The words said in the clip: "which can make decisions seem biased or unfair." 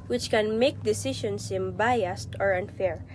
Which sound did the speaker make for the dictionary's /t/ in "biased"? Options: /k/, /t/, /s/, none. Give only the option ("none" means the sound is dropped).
/t/